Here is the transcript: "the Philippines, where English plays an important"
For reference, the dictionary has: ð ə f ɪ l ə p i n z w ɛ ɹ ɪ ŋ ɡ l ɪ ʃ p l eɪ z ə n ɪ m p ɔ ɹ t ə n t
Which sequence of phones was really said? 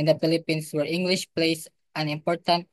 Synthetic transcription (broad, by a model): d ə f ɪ l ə p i n s w ɛ ɹ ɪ ŋ ɡ l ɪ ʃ p l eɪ s ə n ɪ m p ɔ ɹ t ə n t